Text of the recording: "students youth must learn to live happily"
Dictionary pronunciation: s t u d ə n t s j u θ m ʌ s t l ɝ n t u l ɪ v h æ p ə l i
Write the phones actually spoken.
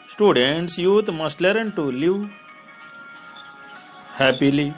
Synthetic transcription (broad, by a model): s t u d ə n t s j u t m ʌ s t l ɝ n t u l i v h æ p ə l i